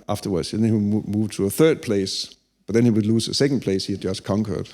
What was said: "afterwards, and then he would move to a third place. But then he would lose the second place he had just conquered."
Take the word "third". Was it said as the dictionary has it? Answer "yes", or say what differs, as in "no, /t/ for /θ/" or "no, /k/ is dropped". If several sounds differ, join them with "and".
yes